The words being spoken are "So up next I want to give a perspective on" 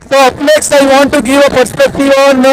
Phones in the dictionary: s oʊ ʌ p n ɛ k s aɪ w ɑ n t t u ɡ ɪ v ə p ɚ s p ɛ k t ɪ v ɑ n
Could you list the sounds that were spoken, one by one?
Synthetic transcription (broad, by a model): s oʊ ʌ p l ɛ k s aɪ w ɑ n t t u ɡ ɪ v ə p ɚ s p ɛ k t ɪ v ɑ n